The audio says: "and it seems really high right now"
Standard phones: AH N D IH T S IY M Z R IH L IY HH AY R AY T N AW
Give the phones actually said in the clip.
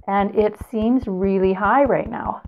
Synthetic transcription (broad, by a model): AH N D IH T S IY M Z R IH L IY HH AY R AY T N AW